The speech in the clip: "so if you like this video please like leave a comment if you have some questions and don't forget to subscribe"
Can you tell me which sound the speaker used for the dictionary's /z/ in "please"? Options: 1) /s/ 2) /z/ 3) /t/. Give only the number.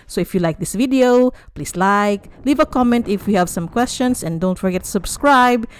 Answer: 1